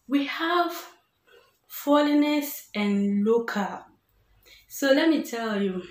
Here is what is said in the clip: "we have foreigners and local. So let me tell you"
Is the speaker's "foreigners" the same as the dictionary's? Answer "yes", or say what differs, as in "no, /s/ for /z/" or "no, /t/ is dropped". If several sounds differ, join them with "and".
no, /l/ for /ɹ/ and /s/ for /z/